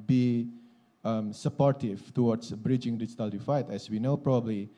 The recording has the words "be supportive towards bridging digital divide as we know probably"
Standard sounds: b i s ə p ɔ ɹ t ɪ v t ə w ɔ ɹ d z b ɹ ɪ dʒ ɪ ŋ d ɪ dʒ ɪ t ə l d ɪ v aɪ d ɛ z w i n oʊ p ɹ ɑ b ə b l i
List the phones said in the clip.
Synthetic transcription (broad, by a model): b i s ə p ɔ ɹ t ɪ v t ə w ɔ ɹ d s b ɹ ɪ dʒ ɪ ŋ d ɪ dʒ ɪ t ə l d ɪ f aɪ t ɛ s w i n oʊ p ɹ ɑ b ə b l i